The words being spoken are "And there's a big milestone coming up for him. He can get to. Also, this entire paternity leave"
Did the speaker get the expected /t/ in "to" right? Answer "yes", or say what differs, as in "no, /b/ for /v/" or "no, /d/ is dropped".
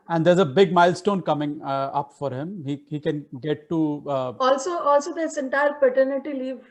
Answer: no, /s/ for /t/